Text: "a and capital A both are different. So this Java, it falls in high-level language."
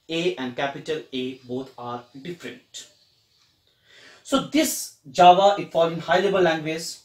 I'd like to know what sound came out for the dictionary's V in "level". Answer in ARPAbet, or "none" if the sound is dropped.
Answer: B